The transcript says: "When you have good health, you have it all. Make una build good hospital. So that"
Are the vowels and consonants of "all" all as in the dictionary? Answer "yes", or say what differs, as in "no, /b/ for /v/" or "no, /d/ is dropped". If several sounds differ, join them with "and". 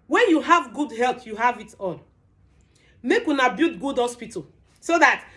no, /n/ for /l/